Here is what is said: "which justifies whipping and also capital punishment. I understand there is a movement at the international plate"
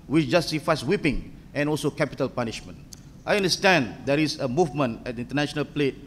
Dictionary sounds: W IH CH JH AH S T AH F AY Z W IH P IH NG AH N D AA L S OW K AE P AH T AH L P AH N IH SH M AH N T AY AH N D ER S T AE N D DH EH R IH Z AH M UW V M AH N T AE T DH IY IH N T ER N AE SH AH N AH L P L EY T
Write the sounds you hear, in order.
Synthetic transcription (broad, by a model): W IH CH JH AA S S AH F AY S W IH P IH NG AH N AA L S OW K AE P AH T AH L P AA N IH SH M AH N T AY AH N D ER S T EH N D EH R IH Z AH M UW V M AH N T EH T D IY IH N T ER N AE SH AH N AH L P L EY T